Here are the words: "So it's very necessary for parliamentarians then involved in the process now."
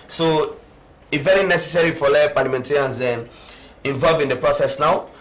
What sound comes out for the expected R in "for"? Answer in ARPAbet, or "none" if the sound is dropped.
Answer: L